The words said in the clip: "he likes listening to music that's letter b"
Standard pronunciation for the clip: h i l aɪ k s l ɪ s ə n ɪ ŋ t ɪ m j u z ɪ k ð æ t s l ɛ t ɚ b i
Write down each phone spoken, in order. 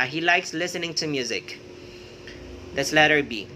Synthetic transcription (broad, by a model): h i l aɪ k s l ɪ s ə n ɪ ŋ t ɪ m j u z ɪ k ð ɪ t s l ɛ t ɚ b i